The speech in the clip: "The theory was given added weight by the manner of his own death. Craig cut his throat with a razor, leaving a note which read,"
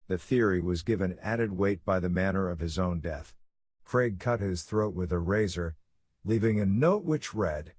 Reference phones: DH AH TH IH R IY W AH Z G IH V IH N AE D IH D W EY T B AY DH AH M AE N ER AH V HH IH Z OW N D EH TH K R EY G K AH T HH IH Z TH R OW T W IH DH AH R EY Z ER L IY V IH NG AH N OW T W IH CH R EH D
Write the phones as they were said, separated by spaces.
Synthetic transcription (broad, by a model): DH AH TH IH R IY W AH Z G IH V IH N AE D IH D W EY T B AY DH AH M AE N ER AH V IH Z OW N D EH TH K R EY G K AH T HH IH Z TH R OW T W IH DH AH R EY Z ER L IY V IH NG AH N OW T W IH CH R EH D